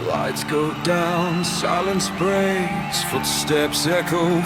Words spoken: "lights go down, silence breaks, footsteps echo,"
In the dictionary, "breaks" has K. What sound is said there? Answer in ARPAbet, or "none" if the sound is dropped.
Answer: none